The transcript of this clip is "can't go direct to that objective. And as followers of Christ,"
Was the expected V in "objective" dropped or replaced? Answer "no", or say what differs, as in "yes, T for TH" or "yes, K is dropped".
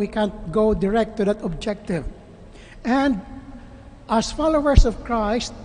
no